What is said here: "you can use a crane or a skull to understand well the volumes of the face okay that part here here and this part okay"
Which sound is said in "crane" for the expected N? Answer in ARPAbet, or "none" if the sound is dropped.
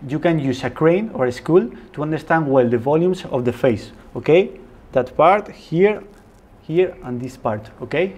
N